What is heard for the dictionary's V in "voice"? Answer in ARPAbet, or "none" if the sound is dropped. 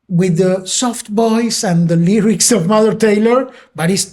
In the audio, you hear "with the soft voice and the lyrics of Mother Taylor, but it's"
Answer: B